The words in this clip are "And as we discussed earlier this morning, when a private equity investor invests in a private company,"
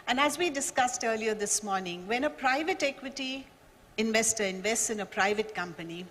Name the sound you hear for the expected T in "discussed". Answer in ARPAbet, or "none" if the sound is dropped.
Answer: T